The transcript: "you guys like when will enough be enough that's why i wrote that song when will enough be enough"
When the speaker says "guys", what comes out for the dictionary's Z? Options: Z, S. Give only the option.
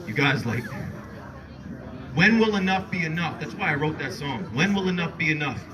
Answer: Z